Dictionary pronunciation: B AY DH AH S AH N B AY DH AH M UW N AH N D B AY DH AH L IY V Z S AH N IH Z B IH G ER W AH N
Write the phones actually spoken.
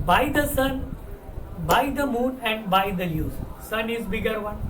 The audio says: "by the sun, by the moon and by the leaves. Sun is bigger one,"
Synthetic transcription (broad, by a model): B AY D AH S AH N B AY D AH M UW N AH N D B AY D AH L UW Z S AH N IH Z B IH G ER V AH N